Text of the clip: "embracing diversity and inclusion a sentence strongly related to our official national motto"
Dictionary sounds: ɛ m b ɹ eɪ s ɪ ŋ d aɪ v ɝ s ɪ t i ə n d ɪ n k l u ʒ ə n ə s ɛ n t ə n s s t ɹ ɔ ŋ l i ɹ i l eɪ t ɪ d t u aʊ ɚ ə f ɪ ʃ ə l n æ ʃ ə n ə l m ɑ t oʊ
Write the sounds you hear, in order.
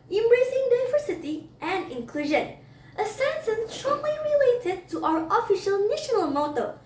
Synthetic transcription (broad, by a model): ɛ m b ɹ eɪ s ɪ ŋ d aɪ v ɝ s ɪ t i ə n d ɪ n k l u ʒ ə n ə s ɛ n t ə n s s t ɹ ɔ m l i ɹ i l eɪ t ɪ d t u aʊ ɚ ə f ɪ ʃ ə l n æ ʃ ə n ə l m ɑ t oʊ